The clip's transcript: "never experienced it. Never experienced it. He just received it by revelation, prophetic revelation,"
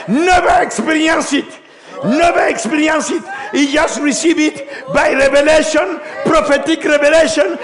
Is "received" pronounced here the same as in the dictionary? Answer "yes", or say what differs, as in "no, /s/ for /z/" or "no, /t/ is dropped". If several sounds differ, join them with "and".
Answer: no, /d/ is dropped